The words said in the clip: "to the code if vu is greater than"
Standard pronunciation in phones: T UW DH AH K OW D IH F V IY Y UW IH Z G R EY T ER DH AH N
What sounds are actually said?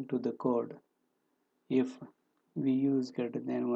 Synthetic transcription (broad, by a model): T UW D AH K OW D IH F V IY Y UW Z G EY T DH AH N